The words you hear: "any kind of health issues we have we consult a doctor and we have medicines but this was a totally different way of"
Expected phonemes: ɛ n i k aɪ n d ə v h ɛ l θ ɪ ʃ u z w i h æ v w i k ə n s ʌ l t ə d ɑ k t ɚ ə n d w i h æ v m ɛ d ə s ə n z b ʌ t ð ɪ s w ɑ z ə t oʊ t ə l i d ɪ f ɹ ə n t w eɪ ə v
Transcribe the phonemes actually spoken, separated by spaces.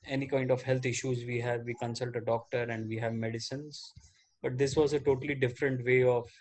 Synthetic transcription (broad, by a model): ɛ n i k aɪ n d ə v h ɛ l t ɪ ʃ u z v i h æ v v i k ə n s ʌ l t ə d ɑ k t ɚ ə n d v i h æ v m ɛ d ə s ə n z b ʌ t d ɪ s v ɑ z ə t oʊ t ə l i d ɪ f ɹ ə n t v eɪ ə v